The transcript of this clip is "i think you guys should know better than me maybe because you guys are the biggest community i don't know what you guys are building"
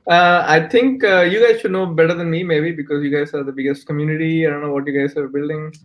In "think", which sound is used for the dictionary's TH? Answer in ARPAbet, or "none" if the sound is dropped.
T